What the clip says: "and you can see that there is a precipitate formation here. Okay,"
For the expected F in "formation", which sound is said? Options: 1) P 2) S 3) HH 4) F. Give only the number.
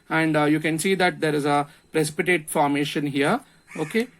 4